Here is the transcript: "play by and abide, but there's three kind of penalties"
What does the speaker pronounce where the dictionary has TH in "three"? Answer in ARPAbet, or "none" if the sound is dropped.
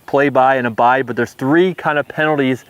TH